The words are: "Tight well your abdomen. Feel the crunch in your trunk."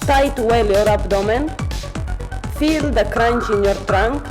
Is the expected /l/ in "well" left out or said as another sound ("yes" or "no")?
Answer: no